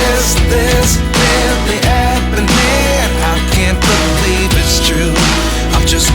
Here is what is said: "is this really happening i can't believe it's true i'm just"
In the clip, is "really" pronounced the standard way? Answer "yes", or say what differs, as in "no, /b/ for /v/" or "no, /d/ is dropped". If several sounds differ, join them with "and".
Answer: no, /w/ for /ɹ/